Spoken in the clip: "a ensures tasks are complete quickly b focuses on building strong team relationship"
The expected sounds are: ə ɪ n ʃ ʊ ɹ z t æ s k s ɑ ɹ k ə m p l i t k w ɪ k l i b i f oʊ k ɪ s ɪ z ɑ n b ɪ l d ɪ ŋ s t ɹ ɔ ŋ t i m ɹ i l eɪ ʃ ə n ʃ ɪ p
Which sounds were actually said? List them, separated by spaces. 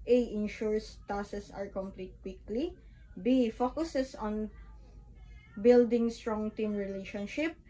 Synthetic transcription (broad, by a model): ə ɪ n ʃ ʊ ɹ s t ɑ s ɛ s ɑ ɹ k ə m p l i t k w ɪ k l i b i f oʊ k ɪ s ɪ s ɑ n b ɪ l d ɪ ŋ s t ɹ ɔ ŋ t i m ɹ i l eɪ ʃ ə n ʃ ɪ p